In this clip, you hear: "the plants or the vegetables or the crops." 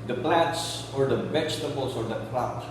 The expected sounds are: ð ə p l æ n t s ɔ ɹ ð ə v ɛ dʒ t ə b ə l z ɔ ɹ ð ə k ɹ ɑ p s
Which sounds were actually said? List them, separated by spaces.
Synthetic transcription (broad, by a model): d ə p l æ t s ɔ ɹ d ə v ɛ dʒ t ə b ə l s ɔ ɹ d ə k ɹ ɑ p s